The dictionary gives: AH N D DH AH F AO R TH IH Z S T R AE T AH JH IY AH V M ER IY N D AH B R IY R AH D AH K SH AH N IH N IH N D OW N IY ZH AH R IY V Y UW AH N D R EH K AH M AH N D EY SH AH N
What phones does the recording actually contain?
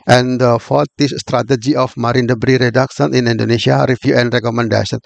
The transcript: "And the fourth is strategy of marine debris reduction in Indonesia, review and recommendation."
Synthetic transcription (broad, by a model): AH N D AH F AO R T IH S S T R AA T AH JH IY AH F M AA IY N D AH B R IY R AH D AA K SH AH N IH N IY N D OW N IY S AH R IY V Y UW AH N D R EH K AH M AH N D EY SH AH N